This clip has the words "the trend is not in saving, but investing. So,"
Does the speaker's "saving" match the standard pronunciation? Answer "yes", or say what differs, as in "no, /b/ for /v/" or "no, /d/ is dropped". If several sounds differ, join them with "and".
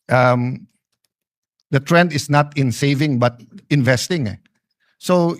yes